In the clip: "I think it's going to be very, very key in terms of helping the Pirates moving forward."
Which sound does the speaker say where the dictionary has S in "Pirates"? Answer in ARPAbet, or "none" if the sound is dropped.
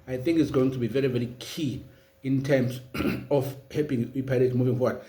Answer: none